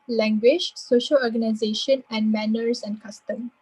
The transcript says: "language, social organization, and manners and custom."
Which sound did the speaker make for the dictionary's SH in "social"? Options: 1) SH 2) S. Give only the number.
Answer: 1